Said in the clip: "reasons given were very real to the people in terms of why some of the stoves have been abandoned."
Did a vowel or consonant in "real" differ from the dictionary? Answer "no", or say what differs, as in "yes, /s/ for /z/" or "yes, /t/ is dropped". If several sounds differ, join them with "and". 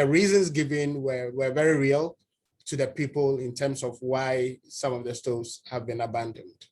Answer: no